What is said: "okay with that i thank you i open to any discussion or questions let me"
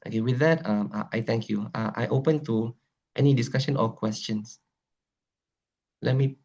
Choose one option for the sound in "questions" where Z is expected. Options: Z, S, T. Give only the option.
S